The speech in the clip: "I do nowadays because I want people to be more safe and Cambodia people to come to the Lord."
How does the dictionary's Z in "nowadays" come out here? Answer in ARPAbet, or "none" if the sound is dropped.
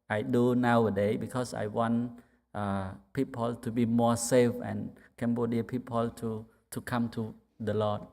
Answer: none